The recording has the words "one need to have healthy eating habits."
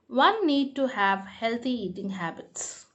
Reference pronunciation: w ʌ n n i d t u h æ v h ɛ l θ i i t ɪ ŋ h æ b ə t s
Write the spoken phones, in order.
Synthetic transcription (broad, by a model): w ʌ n n i d t u h æ v h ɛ l t i i t ɪ ŋ h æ b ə t s